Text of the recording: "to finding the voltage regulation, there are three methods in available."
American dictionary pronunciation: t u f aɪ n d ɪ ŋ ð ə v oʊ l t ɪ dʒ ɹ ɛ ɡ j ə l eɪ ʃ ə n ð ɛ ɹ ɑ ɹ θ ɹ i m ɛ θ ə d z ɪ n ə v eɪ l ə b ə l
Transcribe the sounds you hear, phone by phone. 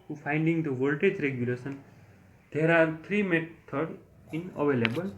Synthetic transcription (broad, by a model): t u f aɪ n d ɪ ŋ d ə v oʊ l t ɪ dʒ ɹ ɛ ɡ j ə l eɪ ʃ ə n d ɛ ɹ ɑ ɹ t ɹ i m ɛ t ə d ɪ n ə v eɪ l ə b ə l